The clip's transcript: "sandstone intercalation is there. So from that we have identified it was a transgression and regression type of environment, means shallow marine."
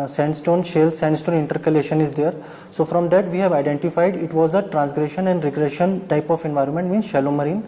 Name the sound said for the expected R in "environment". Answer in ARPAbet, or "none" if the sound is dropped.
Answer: R